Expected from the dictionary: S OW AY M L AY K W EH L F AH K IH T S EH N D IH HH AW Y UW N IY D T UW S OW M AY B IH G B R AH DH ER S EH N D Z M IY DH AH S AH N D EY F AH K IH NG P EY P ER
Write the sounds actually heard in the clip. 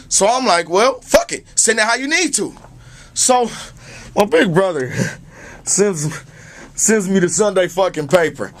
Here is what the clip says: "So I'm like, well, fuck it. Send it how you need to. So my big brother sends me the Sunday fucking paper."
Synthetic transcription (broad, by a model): S OW AY M L AY K W EH L F AH K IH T S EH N IH HH AW Y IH N IY D T UW S OW M AY B IH G B R AH DH ER S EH N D Z M IY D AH S AH N D EY F AH K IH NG P EY P ER